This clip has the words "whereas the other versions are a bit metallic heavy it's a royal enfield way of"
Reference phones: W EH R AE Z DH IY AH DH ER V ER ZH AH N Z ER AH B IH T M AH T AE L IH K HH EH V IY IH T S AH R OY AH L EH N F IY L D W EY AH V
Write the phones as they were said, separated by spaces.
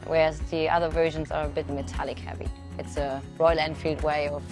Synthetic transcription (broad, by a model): W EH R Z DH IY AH DH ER V ER ZH AH N Z ER AH B IH T M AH T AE L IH K HH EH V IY IH T S AH R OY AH L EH N F IY L D W EY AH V